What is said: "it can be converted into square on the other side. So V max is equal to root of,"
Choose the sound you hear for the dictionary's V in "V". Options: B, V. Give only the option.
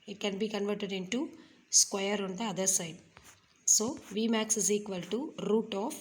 V